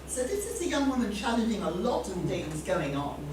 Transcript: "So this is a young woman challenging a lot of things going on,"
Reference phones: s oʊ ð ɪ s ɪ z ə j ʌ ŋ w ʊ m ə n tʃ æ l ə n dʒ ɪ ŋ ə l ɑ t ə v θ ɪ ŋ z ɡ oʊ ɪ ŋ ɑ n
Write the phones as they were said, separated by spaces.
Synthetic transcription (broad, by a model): s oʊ ð ɪ s ɪ z ə j ʌ ŋ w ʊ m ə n tʃ æ l ə n dʒ ɪ ŋ ə l ɑ t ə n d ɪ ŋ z ɡ oʊ ɪ ŋ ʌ n